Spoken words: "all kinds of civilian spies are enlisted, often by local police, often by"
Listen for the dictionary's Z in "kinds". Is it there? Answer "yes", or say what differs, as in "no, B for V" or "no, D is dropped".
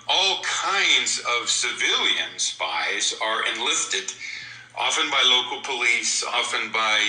yes